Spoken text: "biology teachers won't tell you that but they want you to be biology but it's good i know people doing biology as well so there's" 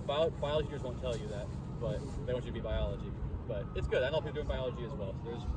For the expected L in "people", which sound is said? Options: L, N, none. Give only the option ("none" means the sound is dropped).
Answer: N